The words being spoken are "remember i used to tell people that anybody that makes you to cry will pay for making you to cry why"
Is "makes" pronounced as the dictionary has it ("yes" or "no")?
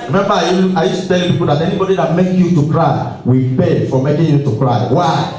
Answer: no